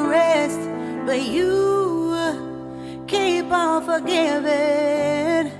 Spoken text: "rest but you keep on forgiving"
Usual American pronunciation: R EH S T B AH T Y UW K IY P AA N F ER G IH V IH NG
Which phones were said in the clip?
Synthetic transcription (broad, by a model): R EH S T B AH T Y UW K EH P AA L F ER G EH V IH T